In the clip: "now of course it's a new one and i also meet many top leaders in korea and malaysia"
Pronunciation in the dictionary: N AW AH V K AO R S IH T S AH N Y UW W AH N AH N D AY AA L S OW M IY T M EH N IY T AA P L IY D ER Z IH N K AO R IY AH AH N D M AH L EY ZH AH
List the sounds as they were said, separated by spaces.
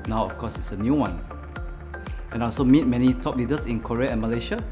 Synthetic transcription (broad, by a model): N AW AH F K AO S IH T S AH N Y UW W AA N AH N AA L S OW M IY T M EH N IY T AA P L IY D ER S IH N K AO R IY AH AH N M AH L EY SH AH